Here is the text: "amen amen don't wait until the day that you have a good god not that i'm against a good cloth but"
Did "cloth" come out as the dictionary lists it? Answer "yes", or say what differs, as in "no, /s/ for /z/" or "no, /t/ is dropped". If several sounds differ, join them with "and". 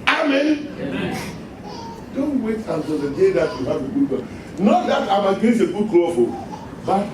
no, /f/ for /θ/